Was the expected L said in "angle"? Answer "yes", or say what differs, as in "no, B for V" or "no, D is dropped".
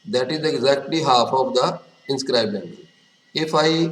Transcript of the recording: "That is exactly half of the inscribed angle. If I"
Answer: no, N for L